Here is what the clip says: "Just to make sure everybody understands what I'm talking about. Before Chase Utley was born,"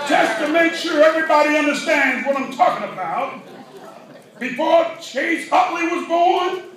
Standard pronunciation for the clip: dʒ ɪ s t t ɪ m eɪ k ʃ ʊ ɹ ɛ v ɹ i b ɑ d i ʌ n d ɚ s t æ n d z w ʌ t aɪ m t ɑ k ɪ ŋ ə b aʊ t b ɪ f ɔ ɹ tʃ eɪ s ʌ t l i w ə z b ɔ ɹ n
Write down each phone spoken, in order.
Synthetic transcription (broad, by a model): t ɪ s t t ɪ m eɪ k ʃ ʊ ɹ ɛ v ɹ i b ɑ d i ʌ n d ɚ s t æ n d z w ʌ t aɪ m t ɑ k ɪ ŋ ə b aʊ t b ɪ f ɔ ɹ tʃ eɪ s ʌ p l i w ə z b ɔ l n